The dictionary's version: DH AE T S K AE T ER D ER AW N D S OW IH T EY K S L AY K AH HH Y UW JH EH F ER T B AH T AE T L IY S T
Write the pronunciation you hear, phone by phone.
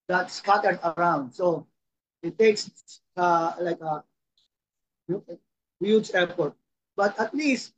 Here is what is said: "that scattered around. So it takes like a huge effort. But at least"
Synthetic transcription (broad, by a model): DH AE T S K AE T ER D ER AW N D S OW IH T EY K S L AY K AH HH Y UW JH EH P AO T B AH T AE T L IY S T